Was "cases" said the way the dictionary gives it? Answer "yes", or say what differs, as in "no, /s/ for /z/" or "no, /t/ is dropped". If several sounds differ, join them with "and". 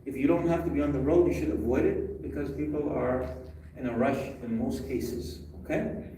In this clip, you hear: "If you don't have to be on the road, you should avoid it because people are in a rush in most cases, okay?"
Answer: yes